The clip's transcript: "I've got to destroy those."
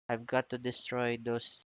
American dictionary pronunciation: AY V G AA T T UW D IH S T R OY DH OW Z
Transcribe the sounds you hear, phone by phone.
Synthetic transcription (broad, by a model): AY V G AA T T UW D IH S T R OY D OW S